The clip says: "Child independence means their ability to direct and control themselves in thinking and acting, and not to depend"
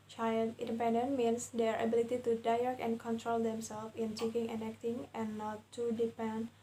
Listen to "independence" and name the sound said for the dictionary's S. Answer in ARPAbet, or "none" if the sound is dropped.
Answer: none